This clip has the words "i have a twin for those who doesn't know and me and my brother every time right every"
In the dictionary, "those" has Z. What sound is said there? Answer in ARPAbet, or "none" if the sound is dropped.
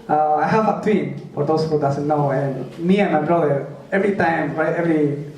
S